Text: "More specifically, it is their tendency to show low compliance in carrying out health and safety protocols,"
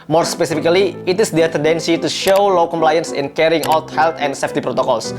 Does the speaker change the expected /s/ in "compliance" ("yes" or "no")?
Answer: no